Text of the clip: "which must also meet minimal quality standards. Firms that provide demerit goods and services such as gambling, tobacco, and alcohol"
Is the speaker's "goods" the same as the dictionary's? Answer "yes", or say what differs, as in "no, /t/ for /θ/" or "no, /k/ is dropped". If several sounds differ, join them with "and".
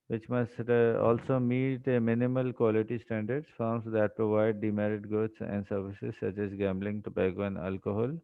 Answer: no, /s/ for /z/